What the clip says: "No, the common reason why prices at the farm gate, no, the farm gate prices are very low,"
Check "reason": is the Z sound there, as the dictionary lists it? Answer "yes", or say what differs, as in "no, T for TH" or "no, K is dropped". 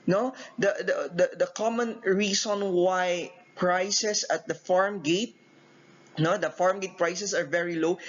no, S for Z